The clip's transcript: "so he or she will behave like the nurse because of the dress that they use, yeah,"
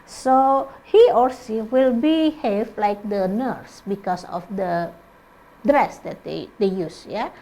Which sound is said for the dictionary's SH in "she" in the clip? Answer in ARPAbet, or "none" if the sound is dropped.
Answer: S